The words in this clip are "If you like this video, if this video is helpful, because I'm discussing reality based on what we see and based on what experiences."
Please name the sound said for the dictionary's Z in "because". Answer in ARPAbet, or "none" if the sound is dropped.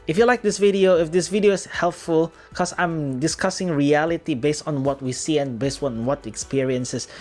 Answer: none